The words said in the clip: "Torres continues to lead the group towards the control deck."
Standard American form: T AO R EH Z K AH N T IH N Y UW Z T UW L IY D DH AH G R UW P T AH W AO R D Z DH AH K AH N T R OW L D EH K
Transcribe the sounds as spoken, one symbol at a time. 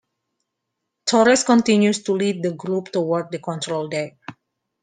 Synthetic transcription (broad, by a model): T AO R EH S K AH N T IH N Y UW S T UW L IY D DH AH G R UW P T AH W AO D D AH K AH N T R OW L D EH